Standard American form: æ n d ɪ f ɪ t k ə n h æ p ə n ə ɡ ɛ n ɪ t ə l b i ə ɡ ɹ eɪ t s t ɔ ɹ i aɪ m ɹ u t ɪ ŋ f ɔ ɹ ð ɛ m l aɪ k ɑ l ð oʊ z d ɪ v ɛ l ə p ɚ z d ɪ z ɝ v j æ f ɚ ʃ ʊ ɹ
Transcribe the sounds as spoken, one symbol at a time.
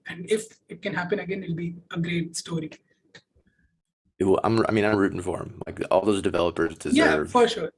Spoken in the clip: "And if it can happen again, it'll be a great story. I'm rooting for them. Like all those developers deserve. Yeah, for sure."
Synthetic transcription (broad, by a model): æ n d ɪ f ɪ t k ə n h æ p ə n ə ɡ ɛ n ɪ l b i ə ɡ ɹ eɪ t s t ɔ ɹ i aɪ m ɹ u t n f ɔ ɹ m l aɪ k ɑ l ð oʊ z d ɪ v ɛ l ə p ɚ z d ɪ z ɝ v f ɚ ʃ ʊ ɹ